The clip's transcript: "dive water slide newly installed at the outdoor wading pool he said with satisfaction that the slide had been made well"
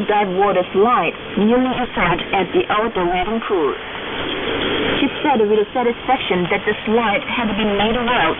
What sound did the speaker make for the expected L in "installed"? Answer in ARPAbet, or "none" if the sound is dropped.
none